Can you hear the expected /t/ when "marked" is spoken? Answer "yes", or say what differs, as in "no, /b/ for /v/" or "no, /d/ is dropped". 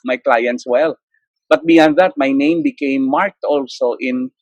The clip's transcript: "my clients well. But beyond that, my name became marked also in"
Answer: yes